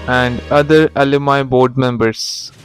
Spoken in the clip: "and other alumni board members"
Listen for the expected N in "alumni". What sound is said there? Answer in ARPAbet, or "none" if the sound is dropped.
none